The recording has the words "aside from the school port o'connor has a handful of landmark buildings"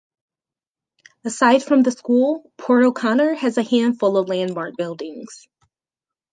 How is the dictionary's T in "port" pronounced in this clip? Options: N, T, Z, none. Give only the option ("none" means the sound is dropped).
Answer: none